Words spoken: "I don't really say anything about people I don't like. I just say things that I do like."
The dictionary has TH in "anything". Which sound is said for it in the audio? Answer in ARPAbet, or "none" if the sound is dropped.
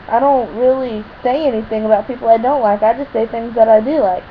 TH